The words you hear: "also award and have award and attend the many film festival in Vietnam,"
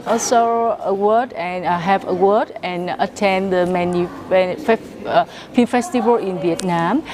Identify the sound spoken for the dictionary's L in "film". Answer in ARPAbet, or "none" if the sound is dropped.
none